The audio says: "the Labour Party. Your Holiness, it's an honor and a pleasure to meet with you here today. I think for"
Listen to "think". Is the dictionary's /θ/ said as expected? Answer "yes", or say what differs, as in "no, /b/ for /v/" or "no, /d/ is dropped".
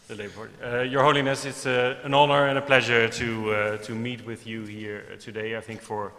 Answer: yes